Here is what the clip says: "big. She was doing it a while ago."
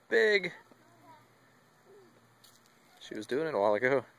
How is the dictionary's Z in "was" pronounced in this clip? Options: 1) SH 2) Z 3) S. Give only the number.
2